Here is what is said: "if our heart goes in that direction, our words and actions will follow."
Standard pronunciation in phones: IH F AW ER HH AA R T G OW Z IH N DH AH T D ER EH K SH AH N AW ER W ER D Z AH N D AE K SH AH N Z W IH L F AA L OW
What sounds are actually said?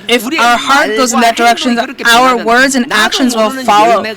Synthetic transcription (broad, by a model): IH F AW ER HH AA R T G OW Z IH N DH AH T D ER EH K SH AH N AW ER W ER D Z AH N AE K SH AH N Z W IH L F AA L OW